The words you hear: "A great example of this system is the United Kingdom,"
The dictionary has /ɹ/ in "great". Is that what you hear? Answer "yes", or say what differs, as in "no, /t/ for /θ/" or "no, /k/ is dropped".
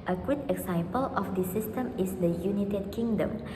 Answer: no, /ɹ/ is dropped